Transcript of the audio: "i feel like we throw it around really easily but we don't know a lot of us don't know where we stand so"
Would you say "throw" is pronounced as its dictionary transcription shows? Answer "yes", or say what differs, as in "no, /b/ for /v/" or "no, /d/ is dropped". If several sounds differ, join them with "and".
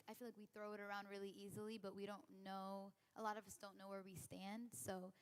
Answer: yes